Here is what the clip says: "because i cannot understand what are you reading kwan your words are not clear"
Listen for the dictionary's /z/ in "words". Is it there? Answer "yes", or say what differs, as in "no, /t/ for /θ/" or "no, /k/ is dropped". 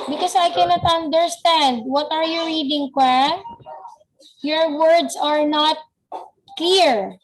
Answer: no, /s/ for /z/